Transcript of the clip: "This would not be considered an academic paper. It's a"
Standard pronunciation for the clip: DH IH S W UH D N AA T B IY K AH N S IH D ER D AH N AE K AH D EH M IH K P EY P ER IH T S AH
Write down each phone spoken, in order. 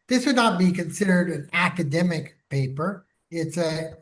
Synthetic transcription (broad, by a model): DH IH S W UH D N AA T B IY K AH N S IH D ER D AH N AE K AH D EH M IH K P EY P ER IH T S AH